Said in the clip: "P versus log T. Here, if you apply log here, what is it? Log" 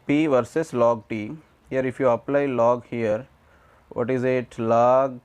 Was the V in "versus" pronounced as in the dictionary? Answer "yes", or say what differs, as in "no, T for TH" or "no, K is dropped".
yes